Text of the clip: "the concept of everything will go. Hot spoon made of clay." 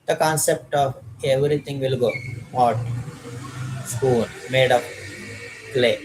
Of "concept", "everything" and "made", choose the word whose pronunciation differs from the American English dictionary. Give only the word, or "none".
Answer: everything